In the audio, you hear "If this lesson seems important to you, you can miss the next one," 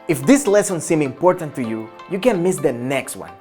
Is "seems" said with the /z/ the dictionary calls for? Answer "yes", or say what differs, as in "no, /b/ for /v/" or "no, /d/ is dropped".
no, /z/ is dropped